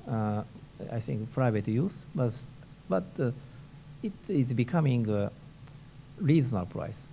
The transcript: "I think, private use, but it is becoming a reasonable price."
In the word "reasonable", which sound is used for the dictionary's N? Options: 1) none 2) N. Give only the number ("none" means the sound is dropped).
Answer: 1